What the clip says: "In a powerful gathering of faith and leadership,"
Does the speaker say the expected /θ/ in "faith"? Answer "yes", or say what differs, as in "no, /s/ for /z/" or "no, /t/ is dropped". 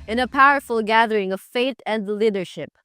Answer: no, /t/ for /θ/